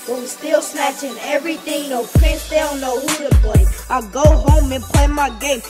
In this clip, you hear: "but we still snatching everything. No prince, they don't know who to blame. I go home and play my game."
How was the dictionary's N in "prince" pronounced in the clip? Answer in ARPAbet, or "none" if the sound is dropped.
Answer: none